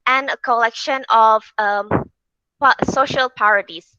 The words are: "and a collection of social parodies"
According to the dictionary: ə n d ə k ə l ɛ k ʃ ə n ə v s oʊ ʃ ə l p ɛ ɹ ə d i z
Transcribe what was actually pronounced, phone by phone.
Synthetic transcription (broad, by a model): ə n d ə k ə l ɛ k ʃ ə n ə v s oʊ ʃ ə l p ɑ ɹ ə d i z